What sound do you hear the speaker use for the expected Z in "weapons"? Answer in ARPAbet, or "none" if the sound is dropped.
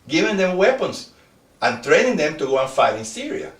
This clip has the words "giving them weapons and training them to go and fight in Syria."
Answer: S